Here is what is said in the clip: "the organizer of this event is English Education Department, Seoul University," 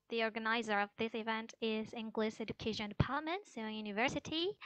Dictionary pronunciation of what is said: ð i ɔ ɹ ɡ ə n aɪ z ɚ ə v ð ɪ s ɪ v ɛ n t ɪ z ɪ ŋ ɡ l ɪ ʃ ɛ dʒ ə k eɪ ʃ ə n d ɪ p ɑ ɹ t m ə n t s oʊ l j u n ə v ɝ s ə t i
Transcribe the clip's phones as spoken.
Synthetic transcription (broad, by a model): ð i ɔ ɹ ɡ ə n aɪ z ɚ ə v ð ɪ s ɪ v ɛ n t ɪ z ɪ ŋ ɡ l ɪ s ɛ dʒ ə k eɪ ʃ ə n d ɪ p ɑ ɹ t m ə n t s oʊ n j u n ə v ɝ s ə t i